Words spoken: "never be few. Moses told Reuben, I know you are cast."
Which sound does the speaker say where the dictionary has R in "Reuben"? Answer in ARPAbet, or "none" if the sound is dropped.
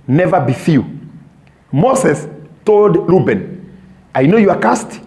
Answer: L